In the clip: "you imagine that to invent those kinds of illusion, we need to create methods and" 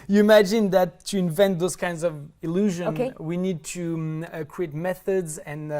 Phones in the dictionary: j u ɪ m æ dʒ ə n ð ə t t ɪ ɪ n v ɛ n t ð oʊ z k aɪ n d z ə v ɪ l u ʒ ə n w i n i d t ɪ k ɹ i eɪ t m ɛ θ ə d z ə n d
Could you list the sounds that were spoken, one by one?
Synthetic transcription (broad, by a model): j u ɪ m æ dʒ ə n ð ə t t ɪ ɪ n v ɛ n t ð oʊ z k aɪ n d z ə v ɪ l u ʒ ə n w i n i d t ɪ k ɹ i eɪ t m ɛ θ ə d z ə n